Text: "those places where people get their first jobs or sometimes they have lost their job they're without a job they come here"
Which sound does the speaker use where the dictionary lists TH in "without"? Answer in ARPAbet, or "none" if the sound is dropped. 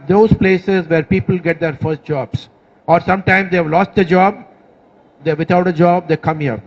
T